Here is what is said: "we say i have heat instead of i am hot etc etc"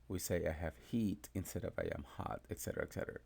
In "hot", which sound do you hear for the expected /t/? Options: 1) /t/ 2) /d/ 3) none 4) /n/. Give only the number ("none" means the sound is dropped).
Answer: 1